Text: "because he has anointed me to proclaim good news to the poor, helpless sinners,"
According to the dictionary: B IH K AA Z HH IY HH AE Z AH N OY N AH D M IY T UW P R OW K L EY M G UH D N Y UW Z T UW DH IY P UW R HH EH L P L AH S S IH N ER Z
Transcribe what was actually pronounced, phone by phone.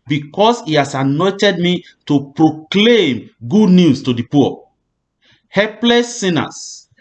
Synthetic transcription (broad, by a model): B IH K AA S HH IY HH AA S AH N OY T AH D M IY T UW P R OW K L EY M G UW D N Y UW S T UW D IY P UW HH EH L P L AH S S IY N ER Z